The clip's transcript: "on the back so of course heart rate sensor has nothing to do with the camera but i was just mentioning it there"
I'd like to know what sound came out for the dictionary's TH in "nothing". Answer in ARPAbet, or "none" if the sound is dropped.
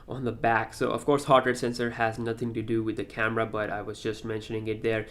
TH